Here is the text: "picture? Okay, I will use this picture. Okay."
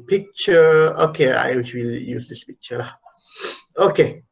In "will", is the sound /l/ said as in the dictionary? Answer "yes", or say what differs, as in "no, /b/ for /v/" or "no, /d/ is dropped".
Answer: no, /w/ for /l/